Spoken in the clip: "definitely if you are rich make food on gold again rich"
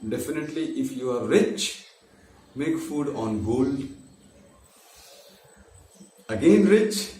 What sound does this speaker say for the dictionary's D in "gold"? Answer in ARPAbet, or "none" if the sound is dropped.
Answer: none